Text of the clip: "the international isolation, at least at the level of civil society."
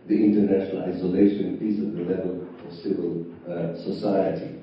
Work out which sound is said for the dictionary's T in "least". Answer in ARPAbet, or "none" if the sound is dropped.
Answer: none